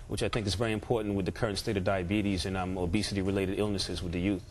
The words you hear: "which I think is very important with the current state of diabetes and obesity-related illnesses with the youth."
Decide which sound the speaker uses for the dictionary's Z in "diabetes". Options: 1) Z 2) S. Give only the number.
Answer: 1